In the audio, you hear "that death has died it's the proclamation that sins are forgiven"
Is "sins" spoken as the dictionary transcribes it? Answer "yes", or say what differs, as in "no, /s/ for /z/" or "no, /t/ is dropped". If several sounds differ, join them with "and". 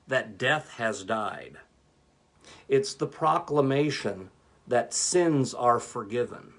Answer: yes